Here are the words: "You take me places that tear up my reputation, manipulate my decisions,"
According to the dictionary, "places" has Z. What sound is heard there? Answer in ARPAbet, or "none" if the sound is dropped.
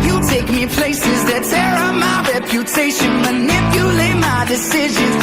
Z